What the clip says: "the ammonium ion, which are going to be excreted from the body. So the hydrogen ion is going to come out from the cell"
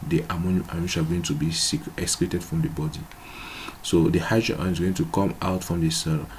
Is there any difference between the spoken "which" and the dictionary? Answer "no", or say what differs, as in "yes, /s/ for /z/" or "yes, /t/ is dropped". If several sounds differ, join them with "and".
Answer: yes, /ʃ/ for /tʃ/